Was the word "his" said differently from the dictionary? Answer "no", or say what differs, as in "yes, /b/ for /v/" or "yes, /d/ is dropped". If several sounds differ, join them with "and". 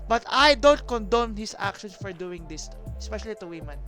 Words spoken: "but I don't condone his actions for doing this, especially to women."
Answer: yes, /s/ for /z/